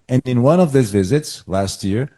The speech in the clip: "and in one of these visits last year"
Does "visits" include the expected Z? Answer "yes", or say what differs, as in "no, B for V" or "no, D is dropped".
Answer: yes